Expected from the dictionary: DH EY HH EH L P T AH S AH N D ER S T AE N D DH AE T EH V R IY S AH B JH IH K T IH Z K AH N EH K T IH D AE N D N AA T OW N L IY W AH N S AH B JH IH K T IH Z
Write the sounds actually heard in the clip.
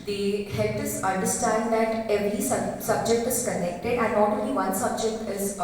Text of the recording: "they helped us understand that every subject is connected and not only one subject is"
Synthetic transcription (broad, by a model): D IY HH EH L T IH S AH N D ER S T AE N D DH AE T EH V R IY S AH B JH IH K T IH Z K AH N EH K T IH D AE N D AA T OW L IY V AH N S AH B JH IH K T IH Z